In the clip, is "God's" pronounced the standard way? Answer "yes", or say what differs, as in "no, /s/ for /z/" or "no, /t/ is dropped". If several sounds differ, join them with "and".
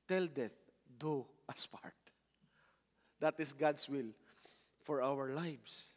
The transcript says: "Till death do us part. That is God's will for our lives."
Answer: no, /s/ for /z/